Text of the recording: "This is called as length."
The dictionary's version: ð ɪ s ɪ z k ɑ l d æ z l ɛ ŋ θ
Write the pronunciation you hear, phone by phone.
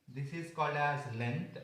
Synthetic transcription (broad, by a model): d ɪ s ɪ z k ɑ l d æ z l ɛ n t